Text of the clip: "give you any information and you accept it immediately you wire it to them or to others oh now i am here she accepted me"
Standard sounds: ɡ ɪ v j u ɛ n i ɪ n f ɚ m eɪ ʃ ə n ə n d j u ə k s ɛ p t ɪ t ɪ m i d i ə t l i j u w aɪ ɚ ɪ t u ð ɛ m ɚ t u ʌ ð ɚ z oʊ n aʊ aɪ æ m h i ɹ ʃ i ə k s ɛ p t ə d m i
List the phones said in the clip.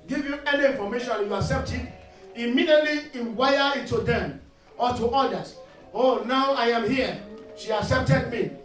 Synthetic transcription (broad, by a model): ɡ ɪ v j u ɛ n i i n f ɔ m eɪ ʃ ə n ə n j u ə k s ɛ p t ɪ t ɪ m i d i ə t l i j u w aɪ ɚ ɪ t u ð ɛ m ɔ t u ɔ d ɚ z oʊ n aʊ aɪ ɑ m h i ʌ ʃ i ə k s ɛ p t ə d m i